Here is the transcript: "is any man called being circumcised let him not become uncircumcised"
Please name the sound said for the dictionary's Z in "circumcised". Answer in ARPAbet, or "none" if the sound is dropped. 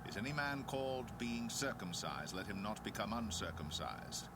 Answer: Z